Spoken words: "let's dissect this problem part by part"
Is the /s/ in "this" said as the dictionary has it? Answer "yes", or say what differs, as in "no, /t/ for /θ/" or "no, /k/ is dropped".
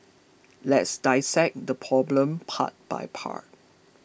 no, /s/ is dropped